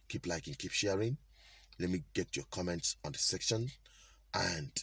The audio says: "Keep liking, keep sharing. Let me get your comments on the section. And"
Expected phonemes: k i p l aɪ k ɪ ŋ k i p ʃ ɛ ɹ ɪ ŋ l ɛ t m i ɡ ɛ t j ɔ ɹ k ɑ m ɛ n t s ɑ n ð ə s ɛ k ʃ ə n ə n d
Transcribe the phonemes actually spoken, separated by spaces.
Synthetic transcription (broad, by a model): k i p l aɪ k ɪ ŋ k i p ʃ ɛ ɹ ɪ ŋ l ɛ t m i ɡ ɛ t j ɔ k ɑ m ɛ n t s ɑ n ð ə s ɛ k ʃ ə n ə n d